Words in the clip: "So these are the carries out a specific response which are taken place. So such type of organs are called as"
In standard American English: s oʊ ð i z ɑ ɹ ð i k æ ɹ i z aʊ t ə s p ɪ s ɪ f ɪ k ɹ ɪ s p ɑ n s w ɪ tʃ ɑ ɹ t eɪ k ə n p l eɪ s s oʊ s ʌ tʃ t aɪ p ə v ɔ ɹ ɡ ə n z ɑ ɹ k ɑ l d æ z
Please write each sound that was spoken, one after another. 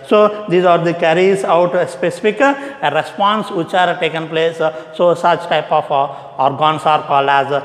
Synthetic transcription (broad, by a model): s oʊ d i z ɑ ɹ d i k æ ɹ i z aʊ t ə s p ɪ s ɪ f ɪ k ɹ ɪ s p ɑ n s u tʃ ɑ ɹ t eɪ k ə n p l eɪ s s oʊ s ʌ tʃ t aɪ p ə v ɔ ɹ ɡ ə n s ɑ ɹ k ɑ l æ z